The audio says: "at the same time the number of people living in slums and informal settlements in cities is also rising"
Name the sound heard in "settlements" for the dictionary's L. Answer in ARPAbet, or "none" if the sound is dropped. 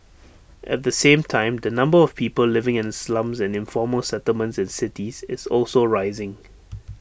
L